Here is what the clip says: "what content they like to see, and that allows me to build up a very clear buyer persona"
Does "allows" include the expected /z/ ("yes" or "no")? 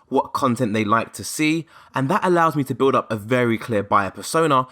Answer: yes